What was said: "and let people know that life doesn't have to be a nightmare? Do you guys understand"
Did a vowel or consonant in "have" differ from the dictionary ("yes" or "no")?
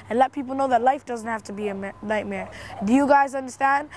yes